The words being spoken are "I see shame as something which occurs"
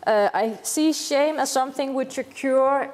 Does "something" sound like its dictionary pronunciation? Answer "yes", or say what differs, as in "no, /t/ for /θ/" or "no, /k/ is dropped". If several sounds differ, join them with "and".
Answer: yes